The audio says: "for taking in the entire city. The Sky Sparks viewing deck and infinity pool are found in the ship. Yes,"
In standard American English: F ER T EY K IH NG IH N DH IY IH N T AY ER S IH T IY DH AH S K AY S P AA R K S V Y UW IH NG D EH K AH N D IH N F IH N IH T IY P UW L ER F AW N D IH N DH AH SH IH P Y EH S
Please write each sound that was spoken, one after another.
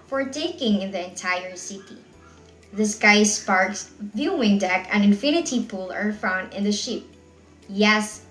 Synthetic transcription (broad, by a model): F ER T EY K IH NG IH N DH IY IH N T AY ER S IH T IY DH AH S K AY S P AA R K S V Y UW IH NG D EH K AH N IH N F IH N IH T IY P UW L ER F AW N D IH N DH AH SH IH P Y EH S